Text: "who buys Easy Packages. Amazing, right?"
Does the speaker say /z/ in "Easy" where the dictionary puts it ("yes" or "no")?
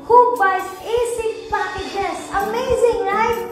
no